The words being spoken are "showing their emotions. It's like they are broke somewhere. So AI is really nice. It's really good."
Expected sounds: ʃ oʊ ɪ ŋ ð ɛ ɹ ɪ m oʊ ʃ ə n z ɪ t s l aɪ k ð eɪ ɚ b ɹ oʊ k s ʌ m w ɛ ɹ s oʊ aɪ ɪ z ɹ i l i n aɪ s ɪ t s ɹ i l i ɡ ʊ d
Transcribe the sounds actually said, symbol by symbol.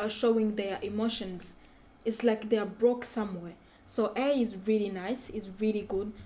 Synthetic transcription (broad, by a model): ʃ oʊ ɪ ŋ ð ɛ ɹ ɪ m oʊ ʃ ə n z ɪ t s l aɪ k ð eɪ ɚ b ɹ oʊ k s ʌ m w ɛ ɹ s oʊ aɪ ɪ z ɹ i l i n aɪ s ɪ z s ɹ i l i ɡ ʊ d